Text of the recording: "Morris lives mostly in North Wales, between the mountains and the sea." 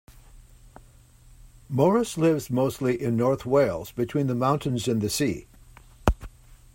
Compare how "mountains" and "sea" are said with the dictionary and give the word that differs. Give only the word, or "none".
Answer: none